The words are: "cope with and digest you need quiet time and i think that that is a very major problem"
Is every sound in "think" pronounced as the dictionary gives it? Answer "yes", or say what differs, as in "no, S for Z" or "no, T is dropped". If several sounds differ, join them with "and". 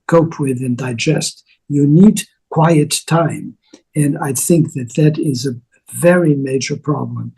yes